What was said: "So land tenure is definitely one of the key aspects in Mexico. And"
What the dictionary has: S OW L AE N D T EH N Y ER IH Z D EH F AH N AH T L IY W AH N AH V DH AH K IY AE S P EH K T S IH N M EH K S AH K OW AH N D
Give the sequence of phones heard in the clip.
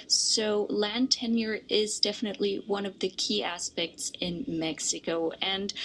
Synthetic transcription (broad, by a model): S OW L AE N T EH N Y ER IH Z D EH F AH N AH T L IY W AH N AH V DH AH K IY AE S P EH K T S IH N M EH K S AH K OW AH N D